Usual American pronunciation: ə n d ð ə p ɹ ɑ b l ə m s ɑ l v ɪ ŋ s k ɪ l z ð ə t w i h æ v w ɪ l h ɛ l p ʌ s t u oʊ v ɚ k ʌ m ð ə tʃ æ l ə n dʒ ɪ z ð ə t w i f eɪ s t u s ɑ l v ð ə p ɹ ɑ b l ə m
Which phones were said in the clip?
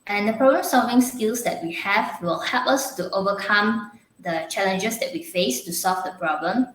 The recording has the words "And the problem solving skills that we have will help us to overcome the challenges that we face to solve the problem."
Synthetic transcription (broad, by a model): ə n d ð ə p ɹ ɑ b l ə m s ɑ l v ɪ ŋ s k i l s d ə t w i h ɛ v w ɪ l h ɛ l p ʌ s t u oʊ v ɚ k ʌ m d ə tʃ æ l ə n dʒ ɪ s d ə t w i f eɪ s t u s ɑ l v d ə p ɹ ɑ b l ə m